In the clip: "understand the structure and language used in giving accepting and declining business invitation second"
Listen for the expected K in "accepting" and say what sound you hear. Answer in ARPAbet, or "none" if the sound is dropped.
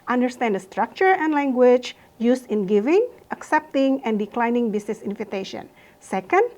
K